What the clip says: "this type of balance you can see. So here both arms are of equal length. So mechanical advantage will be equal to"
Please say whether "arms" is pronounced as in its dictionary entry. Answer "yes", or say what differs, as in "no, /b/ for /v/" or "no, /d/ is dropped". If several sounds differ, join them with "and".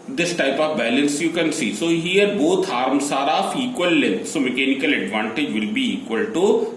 no, /s/ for /z/